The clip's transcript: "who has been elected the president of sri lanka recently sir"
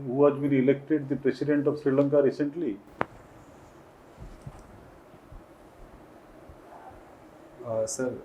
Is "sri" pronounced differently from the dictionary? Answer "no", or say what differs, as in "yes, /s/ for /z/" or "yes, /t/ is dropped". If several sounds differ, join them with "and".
no